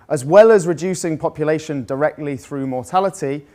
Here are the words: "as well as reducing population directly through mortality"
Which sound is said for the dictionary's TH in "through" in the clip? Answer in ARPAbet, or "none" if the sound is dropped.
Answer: TH